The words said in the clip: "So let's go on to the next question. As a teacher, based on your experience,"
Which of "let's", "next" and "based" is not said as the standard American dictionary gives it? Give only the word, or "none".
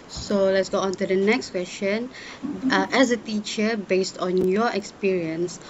none